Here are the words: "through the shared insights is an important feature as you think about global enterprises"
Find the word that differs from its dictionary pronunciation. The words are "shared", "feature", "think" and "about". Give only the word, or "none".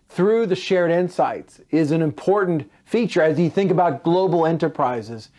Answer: none